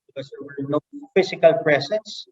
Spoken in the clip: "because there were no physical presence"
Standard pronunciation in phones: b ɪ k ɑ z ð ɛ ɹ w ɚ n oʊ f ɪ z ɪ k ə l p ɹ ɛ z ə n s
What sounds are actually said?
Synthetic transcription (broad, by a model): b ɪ k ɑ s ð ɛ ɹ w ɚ n oʊ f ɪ s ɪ k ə l p ɹ ɛ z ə n s